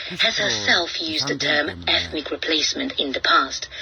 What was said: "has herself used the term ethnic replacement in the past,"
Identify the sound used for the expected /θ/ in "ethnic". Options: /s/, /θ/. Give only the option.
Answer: /θ/